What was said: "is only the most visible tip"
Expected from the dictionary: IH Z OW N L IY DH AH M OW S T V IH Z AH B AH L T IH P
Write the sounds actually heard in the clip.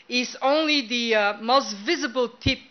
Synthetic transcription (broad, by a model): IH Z OW N L IY DH AH M OW S T V IH Z AH B AH L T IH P